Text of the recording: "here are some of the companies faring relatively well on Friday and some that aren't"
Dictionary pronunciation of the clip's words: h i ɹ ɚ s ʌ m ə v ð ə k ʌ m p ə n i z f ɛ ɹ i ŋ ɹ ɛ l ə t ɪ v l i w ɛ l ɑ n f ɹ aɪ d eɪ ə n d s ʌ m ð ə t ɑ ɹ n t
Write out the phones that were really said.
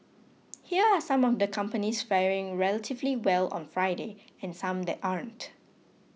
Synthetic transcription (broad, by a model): h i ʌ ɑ s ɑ m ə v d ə k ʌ m p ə n i s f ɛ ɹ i ŋ ɹ ɛ l ə t ɪ v l i w ɛ l ɑ n f ɹ aɪ d eɪ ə n s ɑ m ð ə t ɑ ɹ n t